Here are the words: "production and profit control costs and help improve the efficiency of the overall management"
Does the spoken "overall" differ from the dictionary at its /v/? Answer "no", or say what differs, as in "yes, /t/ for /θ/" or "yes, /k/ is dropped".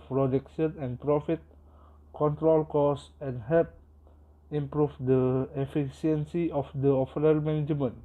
yes, /f/ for /v/